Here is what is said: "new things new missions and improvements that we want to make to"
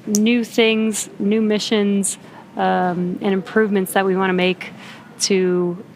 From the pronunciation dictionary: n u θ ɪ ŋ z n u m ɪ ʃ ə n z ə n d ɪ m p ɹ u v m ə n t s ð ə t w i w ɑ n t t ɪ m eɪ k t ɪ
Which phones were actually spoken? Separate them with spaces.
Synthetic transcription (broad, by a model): n u θ ɪ ŋ z n u m ɪ ʃ ə n z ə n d ɪ m p ɹ u v m ə n t s ð ə t w i w ɑ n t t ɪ m eɪ k t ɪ